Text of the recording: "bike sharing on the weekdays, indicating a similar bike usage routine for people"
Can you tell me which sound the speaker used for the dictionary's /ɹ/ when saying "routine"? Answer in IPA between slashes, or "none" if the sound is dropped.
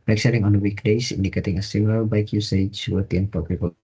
/w/